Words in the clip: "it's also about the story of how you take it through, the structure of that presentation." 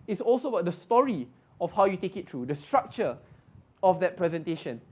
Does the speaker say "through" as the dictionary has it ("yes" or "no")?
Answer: no